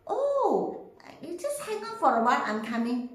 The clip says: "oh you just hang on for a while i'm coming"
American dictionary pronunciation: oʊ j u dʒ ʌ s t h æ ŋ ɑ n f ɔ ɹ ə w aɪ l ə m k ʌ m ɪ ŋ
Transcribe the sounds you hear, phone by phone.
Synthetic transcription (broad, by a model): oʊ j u dʒ ʌ s t h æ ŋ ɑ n f ɔ ɹ ə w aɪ n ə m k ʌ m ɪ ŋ